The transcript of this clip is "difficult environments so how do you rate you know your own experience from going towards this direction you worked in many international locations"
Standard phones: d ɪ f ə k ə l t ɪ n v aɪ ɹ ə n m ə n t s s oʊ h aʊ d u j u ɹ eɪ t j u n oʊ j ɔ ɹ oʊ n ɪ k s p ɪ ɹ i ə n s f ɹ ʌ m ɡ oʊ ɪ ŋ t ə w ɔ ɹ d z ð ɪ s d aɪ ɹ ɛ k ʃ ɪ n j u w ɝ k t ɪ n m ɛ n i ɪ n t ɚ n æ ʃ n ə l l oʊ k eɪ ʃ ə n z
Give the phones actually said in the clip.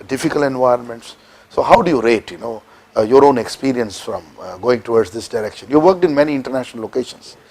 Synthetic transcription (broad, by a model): d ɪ f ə k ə l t ɪ n v aɪ ɹ ə n m ə n t s s oʊ h aʊ d u j u ɹ eɪ t j u n oʊ j ɔ ɹ oʊ n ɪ k s p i ɹ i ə n s f ɹ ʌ m ɡ oʊ ɪ ŋ t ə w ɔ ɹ d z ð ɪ s d aɪ ɹ ɛ k ʃ ɪ n j u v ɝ k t ɪ n m ɛ n i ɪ n t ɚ n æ ʃ n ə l l oʊ k eɪ ʃ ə n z